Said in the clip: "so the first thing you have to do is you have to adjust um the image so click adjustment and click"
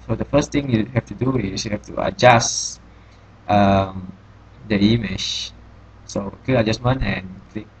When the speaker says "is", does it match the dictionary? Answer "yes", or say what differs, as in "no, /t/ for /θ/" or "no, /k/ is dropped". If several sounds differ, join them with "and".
no, /s/ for /z/